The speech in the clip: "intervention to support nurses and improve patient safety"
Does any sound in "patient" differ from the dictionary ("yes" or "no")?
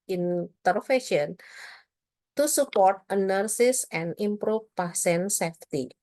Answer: yes